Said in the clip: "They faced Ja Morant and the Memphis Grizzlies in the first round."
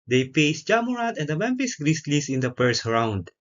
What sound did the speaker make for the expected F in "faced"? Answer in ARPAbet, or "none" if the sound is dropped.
P